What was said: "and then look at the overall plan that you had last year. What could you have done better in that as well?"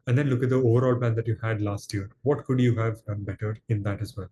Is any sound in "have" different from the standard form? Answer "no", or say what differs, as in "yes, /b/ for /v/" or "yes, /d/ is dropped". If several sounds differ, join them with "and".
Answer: no